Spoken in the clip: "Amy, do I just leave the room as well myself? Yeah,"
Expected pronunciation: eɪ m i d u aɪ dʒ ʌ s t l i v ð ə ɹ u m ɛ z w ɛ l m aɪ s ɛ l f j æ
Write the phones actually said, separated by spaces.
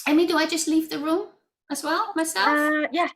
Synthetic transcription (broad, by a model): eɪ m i d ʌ aɪ dʒ ʌ s t l i v ð ə ɹ u m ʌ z w ɛ l m aɪ s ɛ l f j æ